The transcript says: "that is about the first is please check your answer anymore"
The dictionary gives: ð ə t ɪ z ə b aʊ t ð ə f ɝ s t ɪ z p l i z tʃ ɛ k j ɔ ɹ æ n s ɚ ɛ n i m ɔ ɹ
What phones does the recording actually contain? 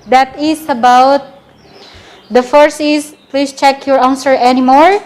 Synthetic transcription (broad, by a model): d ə t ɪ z ə b aʊ t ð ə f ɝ s ɪ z p l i s tʃ ɛ k j ɔ ɹ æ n s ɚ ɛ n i m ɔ ɹ